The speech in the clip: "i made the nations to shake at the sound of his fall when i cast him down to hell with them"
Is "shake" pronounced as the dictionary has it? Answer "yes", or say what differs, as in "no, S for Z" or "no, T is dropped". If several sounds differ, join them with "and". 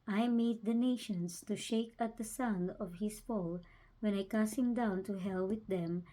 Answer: yes